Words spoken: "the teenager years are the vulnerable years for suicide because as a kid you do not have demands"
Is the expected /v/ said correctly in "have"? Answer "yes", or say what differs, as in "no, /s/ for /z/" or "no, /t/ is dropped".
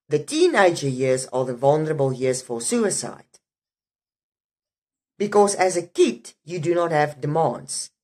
yes